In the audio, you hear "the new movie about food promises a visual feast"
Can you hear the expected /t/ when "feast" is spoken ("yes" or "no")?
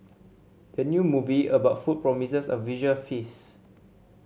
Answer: no